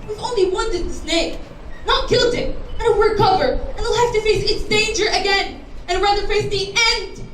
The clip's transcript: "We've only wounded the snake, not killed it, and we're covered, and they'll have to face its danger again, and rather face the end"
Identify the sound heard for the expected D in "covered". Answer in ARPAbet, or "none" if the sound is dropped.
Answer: none